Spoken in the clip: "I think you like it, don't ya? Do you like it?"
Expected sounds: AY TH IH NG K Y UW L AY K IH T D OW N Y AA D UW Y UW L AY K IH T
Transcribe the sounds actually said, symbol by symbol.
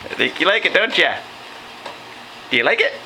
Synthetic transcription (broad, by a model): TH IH K Y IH L AY K IH T D OW N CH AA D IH Y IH L AY K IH T